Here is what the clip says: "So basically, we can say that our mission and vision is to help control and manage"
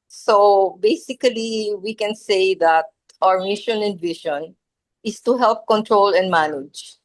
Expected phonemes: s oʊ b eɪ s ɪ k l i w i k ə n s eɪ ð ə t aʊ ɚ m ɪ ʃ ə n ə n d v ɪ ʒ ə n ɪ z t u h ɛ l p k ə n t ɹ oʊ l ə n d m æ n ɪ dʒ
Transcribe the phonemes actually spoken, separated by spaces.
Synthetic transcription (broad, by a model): s oʊ b eɪ s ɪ k l i w i k ə n s eɪ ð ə t aʊ ɚ m ɪ ʃ ə n ə n d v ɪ ʃ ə n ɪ s t u h ɛ l p k ə n t ɹ oʊ l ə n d m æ n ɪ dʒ